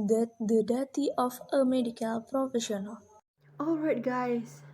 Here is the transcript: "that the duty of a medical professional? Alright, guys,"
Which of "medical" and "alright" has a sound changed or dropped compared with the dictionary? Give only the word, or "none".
none